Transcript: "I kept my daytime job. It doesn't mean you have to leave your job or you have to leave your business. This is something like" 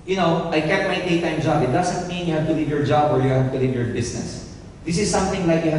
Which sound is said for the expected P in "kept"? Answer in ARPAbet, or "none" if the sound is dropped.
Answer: none